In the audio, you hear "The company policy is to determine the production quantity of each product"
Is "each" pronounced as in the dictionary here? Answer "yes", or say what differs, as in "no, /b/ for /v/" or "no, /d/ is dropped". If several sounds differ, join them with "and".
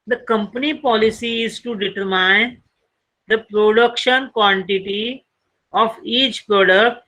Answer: yes